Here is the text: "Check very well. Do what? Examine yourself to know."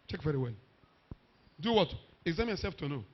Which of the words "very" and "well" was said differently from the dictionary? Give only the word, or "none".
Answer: none